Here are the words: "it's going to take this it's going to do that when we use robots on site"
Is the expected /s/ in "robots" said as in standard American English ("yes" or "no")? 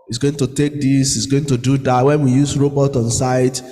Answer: no